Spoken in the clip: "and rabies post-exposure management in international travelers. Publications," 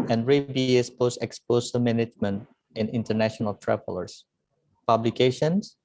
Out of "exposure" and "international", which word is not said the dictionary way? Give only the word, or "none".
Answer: exposure